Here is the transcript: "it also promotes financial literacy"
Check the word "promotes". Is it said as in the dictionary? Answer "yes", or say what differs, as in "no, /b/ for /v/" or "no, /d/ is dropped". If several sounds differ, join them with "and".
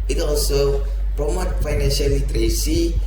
no, /s/ is dropped